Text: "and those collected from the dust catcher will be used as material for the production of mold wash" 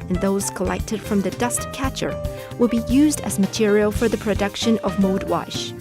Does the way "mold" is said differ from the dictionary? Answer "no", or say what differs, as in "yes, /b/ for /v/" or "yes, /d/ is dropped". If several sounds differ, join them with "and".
yes, /l/ is dropped